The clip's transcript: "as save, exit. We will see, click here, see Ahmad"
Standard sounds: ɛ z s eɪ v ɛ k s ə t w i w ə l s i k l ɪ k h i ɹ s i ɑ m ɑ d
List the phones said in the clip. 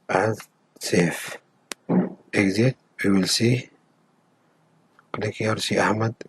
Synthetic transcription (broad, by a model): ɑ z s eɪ f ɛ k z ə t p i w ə l s i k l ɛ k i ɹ s i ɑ m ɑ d